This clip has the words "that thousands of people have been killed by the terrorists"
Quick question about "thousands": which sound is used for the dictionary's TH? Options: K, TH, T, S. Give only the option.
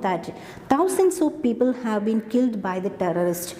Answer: T